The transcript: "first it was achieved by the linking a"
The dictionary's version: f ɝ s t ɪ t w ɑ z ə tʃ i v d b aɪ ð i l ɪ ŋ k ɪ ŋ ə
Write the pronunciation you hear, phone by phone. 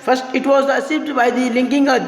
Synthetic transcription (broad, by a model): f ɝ s t ɪ t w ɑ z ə s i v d b aɪ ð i l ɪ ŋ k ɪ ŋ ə